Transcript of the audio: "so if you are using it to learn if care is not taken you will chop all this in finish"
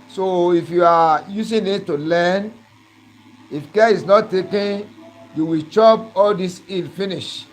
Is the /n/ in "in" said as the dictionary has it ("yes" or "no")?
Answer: no